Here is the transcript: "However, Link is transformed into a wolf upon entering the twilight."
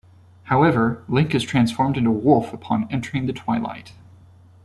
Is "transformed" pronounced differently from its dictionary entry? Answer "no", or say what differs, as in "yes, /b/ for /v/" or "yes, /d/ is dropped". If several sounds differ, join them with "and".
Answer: no